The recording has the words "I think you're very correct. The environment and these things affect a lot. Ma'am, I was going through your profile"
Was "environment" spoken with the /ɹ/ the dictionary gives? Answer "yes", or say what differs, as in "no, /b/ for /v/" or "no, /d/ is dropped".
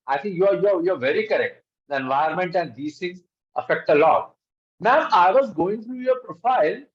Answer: no, /ɹ/ is dropped